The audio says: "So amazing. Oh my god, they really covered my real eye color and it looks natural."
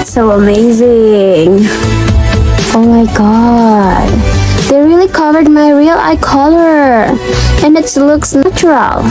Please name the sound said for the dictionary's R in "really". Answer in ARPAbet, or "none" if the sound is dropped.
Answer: R